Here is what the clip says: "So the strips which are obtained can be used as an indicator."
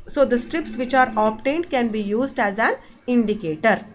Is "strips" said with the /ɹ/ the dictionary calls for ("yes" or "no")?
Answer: yes